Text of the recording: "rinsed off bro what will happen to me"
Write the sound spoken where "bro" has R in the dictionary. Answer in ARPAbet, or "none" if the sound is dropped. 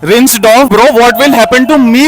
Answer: R